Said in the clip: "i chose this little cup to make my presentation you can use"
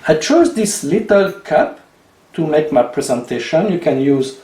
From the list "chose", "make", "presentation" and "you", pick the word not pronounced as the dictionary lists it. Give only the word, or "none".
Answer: none